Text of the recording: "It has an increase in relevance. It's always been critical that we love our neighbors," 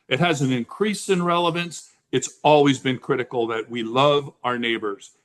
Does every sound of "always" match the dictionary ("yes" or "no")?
yes